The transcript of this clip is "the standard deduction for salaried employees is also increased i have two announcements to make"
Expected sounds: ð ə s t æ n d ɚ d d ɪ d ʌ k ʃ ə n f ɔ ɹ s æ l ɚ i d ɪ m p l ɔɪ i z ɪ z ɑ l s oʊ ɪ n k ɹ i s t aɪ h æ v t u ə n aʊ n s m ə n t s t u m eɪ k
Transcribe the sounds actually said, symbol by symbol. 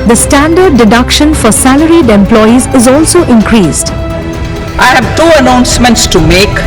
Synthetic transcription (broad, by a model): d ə s t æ n d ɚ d d ɪ d ʌ k ʃ ə n f ɔ ɹ s æ l ɚ i d ɪ m p l ɔɪ i z ɪ z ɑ l s oʊ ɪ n k ɹ i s t aɪ h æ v t u ə n aʊ n s m ə n t s t u m eɪ k